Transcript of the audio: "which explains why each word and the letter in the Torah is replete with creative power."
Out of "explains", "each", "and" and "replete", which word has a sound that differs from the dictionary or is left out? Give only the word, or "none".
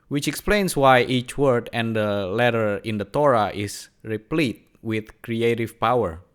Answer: explains